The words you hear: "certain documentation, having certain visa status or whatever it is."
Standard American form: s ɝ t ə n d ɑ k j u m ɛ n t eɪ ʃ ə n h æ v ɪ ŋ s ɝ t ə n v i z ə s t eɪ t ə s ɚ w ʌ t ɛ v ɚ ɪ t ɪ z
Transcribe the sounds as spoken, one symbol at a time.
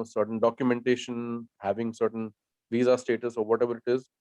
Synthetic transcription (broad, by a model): s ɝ t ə n d ɑ k j u m ɛ n t eɪ ʃ ə n h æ v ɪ ŋ s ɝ t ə n v i z ə s t eɪ t ə s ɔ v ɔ t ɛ v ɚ ɪ t ɪ z